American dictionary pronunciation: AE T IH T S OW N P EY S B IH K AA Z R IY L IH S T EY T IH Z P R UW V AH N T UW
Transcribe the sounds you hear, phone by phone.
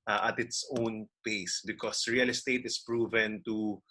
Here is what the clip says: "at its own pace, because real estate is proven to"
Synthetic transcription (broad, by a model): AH T IH T S OW N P EY S B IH K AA S R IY L IH S T EY T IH S P R UW V AH N T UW